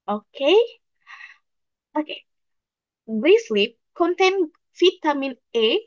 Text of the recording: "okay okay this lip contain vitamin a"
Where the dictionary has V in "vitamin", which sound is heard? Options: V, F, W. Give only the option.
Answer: F